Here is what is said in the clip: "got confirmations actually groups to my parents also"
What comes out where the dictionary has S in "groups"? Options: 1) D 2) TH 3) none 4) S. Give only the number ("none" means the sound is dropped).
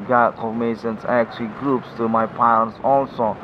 4